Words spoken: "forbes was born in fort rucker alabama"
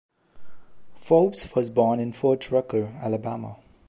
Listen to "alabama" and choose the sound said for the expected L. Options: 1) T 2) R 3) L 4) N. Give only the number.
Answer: 3